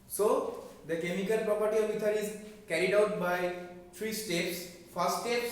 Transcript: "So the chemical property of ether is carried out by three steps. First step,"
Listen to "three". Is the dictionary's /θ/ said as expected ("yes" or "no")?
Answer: no